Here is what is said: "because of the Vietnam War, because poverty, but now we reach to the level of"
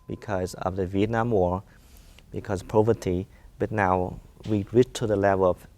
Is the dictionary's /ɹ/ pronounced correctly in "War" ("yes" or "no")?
yes